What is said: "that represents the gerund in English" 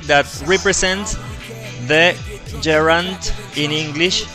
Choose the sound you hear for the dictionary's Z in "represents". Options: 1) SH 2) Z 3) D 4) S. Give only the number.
4